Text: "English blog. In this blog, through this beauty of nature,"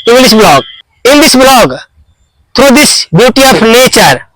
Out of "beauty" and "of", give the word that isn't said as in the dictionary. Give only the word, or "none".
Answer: of